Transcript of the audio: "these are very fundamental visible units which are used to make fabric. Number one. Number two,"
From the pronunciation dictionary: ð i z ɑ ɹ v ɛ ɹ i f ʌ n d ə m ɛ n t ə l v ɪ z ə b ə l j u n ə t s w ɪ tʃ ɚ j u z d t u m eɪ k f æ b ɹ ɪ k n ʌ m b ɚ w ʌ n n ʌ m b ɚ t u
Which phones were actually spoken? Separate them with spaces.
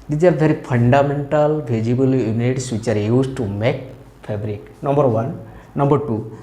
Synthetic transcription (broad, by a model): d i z ɑ ɹ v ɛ ɹ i p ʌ n d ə m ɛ n t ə l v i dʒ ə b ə l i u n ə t s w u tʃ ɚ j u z t u m eɪ k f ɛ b ɹ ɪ k n ʌ m b ɚ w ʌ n n ʌ m b ɚ t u